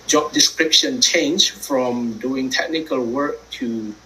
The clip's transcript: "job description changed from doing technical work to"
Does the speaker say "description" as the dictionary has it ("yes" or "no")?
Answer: yes